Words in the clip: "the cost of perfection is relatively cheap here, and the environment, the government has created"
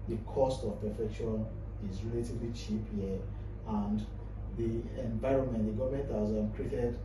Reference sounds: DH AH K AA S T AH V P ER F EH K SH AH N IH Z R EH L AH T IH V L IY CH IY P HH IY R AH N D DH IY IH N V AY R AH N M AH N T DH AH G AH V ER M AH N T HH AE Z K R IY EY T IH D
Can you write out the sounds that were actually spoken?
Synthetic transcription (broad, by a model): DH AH K AA S T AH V P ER F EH K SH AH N IH Z R EH L AH T IH V L IY CH IY P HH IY AH N D DH IY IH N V AY R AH N M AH N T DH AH G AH V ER M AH N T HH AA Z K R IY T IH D